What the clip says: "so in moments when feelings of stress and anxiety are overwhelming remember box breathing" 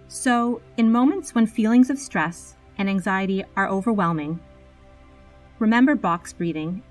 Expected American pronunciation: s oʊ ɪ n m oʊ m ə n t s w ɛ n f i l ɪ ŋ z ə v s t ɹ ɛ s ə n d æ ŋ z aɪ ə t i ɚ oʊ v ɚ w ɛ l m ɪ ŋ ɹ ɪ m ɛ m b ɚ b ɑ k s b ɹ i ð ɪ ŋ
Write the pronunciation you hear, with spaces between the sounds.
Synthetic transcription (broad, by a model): s oʊ ɪ n m oʊ m ə n t s w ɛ n f i l ɪ ŋ z ə v s t ɹ ɛ s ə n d æ ŋ z aɪ ə t i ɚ oʊ v ɚ w ɛ l m ɪ ŋ ɹ ɪ m ɛ m b ɚ b ɑ k s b ɹ i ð ɪ ŋ